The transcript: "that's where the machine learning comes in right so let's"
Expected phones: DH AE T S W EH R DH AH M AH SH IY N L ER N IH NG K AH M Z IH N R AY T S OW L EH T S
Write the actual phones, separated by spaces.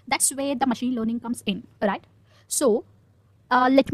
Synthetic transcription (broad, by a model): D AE T S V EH R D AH M AH SH IY N L ER N IH NG K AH M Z IH N R AY T S OW L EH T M